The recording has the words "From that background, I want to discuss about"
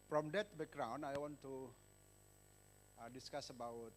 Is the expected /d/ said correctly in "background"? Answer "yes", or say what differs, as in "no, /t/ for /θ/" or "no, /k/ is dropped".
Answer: no, /d/ is dropped